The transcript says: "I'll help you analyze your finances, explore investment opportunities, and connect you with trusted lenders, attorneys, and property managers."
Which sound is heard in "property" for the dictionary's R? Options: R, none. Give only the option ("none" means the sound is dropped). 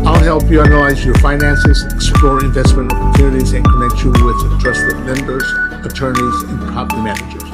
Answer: none